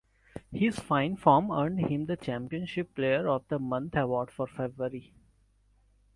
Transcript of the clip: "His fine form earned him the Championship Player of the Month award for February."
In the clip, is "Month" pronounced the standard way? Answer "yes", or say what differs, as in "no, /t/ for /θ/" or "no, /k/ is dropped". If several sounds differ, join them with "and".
no, /t/ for /θ/